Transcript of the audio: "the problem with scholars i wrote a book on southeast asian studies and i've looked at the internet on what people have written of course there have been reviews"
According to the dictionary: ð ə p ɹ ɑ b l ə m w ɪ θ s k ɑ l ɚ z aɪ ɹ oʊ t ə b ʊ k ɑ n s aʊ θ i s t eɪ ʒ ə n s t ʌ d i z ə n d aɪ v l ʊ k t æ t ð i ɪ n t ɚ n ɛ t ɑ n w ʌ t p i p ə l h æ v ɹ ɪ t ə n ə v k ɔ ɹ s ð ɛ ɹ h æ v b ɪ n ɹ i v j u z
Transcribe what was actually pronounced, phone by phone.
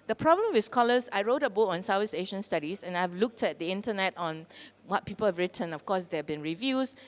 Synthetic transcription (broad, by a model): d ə p ɹ ɑ b l ə m w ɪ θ s k ɑ l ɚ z aɪ ɹ oʊ t ə b ʊ k ɑ n s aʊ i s eɪ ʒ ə n s t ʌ d i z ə n aɪ v l ʊ k t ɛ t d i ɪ n t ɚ n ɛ t ɑ n w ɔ t p i p ə l h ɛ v ɹ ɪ t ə n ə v k ɔ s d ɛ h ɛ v b ɪ n ɹ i v j u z